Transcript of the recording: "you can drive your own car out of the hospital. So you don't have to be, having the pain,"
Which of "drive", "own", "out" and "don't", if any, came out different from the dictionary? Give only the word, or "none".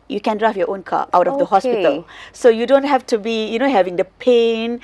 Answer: drive